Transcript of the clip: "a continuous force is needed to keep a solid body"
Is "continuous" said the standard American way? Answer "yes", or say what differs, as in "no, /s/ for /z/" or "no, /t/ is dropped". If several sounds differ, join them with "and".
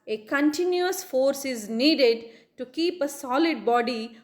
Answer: yes